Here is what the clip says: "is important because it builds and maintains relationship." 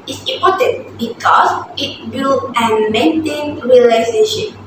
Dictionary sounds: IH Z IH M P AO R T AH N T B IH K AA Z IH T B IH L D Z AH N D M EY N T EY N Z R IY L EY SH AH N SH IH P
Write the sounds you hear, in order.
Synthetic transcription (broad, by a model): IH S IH M P AO T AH N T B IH K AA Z IH T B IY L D AH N M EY N T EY N R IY L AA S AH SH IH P